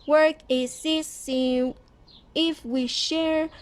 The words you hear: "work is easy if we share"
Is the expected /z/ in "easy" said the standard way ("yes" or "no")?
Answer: no